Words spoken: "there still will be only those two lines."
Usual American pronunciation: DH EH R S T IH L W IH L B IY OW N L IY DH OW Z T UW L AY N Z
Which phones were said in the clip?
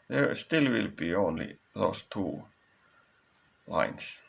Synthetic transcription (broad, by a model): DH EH R S T IH L W IH L B IY OW N L IY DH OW S T UW L AY N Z